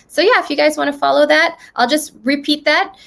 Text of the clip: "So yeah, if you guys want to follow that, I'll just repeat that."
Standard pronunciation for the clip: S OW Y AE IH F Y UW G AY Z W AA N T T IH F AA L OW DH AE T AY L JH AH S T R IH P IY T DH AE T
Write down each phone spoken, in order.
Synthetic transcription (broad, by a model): S OW Y AE IH F Y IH G AY Z W AA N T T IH F AA L OW DH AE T AY L JH AH S T R IH P IY T DH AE T